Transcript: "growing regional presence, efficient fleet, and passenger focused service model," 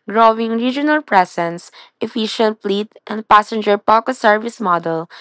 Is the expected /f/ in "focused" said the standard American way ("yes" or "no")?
no